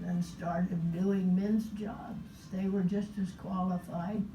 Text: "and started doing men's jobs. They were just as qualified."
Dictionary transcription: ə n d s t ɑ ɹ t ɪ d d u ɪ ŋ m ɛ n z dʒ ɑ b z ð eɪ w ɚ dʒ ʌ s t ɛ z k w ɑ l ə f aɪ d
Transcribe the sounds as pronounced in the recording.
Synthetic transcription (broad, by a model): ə n s t ɑ ɹ t ɪ d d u ɪ ŋ m ɛ n z dʒ ɑ b z ð eɪ w ɚ dʒ ʌ s t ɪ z k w ɑ l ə f aɪ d